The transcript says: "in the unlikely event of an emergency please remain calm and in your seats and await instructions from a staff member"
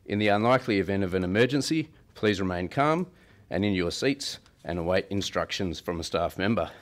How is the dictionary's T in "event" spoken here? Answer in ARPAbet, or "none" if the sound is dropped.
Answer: T